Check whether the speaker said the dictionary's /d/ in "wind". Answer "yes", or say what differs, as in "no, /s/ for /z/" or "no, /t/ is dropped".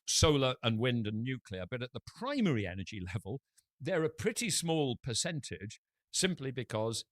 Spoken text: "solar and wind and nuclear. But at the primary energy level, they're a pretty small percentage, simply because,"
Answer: yes